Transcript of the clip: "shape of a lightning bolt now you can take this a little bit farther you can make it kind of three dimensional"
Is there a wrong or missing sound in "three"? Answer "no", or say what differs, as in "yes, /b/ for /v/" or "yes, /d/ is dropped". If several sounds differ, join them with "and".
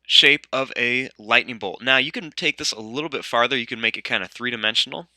no